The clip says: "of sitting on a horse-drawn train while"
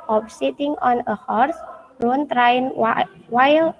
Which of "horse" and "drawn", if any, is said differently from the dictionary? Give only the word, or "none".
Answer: drawn